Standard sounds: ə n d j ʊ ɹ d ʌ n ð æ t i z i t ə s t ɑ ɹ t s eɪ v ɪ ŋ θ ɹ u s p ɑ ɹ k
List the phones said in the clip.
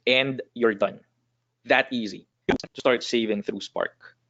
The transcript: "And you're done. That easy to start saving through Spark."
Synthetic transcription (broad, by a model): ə n d j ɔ ɹ d ʌ n ð æ t i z i t ə s t ɑ ɹ t s eɪ v ɪ ŋ θ ɹ u s p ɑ ɹ k